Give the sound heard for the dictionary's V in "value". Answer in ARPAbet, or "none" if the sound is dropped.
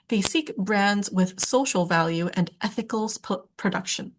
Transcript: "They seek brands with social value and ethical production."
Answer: V